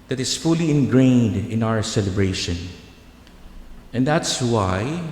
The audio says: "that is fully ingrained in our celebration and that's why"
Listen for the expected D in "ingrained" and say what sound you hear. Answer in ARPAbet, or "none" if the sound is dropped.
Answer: D